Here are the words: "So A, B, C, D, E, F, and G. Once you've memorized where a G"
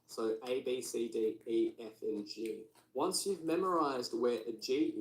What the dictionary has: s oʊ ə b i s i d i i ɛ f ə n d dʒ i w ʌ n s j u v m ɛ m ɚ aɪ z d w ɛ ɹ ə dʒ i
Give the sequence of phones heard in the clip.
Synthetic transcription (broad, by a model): s oʊ ə b i s i d i i ɛ f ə n dʒ i w ʌ n s j u v m ɛ m ɚ aɪ z d w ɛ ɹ ə dʒ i